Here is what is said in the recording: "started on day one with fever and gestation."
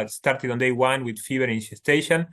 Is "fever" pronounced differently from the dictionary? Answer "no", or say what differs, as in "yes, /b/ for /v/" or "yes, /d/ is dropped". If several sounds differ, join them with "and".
yes, /b/ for /v/